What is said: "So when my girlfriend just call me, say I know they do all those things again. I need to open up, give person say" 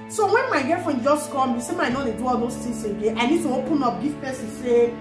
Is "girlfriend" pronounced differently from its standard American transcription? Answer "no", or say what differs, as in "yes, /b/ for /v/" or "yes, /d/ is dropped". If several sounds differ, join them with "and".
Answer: yes, /l/ is dropped